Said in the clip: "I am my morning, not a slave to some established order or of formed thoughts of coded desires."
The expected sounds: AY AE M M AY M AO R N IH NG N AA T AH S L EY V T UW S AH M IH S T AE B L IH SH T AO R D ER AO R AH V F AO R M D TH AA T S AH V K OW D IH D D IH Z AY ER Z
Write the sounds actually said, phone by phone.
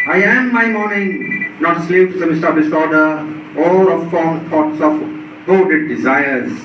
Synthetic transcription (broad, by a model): AY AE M M AY M AO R N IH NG N AA T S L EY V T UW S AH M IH S T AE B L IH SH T AO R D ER AO L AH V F AO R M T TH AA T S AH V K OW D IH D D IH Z AY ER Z